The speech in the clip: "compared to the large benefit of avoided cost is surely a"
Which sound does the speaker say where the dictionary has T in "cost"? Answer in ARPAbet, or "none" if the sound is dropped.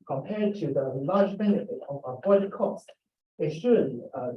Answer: T